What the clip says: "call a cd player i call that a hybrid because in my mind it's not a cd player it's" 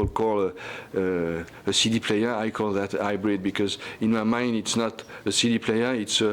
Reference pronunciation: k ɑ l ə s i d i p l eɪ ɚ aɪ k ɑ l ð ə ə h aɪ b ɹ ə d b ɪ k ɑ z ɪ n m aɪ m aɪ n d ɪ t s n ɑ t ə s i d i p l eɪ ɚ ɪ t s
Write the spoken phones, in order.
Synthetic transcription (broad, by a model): k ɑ l ə s i d i p l eɪ ɚ aɪ k ɑ l ð ə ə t aɪ b ɹ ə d b ɪ k ɑ z ɪ n m aɪ m aɪ n d ɪ t s n ɑ t ə s i d i p l eɪ ɚ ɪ t s